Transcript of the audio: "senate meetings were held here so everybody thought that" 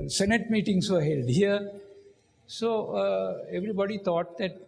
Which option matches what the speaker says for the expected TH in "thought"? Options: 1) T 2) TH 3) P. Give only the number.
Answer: 1